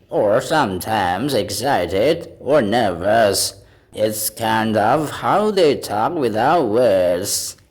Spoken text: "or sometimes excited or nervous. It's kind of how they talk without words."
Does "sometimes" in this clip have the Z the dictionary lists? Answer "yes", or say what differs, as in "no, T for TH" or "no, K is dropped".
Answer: yes